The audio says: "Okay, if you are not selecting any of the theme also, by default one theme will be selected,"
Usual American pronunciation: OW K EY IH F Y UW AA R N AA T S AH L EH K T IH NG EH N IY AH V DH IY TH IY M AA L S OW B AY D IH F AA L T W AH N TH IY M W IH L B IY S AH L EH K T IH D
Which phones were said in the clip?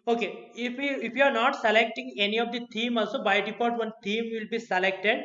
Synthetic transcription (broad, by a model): OW K EY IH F Y UW AA R N AA T S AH L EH K T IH NG EH N IY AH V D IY T IY M AA L S OW B AY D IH P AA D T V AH N T IY M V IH L B IY S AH L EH K T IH D